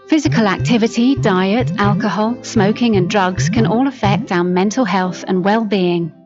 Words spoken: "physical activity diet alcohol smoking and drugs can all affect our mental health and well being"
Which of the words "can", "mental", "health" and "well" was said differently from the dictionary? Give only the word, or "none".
none